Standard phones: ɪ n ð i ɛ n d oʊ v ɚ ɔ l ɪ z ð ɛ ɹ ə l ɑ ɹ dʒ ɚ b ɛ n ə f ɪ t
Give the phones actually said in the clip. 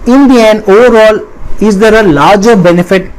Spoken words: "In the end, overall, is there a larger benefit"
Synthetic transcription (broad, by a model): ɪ n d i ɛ n oʊ v ɚ ɔ l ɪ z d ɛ ɹ ə l ɑ ɹ dʒ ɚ b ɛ n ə f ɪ t